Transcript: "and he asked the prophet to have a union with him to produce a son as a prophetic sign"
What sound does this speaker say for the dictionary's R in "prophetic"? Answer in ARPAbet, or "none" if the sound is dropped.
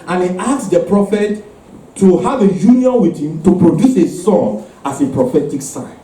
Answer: R